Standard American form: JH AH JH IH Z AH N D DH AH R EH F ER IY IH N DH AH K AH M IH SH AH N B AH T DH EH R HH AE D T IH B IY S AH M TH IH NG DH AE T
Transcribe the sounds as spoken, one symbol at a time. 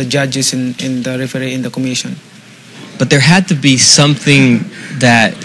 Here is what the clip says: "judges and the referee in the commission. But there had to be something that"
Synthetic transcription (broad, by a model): JH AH JH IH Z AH N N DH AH R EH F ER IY IH N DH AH K AH M IH SH AH N B AH T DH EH R HH AE D T IH B IY S AH M TH IH NG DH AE T